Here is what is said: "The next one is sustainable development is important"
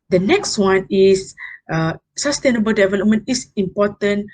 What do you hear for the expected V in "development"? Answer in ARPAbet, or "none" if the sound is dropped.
V